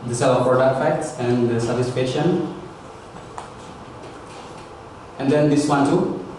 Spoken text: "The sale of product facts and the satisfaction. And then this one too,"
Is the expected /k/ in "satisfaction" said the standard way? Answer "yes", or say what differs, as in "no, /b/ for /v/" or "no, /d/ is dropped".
no, /k/ is dropped